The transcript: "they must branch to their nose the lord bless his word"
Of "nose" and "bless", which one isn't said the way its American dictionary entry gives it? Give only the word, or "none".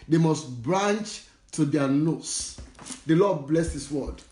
nose